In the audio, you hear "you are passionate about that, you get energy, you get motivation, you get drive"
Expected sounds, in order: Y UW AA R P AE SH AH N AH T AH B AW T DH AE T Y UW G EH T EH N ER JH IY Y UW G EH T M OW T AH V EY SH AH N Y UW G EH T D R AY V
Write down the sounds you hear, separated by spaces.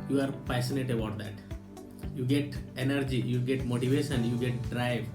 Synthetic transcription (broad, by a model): Y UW AA R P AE S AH N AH T AH B AW T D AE T Y UW G EH T EH N ER JH IY Y UW G EH T M OW T AH V EY SH AH N Y UW G EH T D R AY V